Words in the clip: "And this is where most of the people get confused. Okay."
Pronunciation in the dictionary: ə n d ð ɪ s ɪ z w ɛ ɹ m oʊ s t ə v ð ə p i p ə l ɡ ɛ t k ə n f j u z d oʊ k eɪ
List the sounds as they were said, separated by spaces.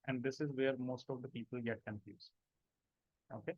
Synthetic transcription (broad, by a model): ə n d ɪ s ɪ z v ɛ ɹ m oʊ s t ə v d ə p i p ə l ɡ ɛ t k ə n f j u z oʊ k eɪ